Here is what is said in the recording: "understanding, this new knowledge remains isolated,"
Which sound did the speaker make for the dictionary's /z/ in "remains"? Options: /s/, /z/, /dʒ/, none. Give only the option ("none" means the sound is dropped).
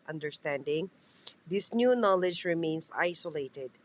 /s/